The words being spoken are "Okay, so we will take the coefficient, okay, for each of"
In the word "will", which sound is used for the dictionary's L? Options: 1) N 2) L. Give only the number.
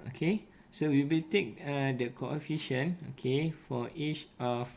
2